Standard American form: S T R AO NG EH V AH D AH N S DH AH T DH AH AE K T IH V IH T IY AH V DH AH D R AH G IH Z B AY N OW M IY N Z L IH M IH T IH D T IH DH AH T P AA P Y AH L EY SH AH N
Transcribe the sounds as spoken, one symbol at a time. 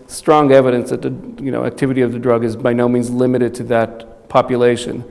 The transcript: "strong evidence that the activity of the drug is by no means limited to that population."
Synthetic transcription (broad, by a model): S T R AO NG EH V AH D AH N S DH AH T DH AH AE K T IH V IH T IY AH V DH AH D R AH G IH Z B AY N OW M IY N Z L IH M IH T IH D T IH DH AH T P AA P Y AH L EY SH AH N